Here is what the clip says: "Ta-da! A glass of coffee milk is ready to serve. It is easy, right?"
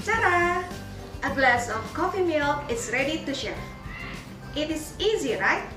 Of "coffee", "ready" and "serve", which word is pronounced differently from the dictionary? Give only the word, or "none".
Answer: serve